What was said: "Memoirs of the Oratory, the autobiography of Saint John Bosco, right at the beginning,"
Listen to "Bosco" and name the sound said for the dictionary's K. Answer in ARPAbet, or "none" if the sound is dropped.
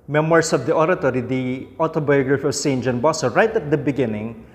none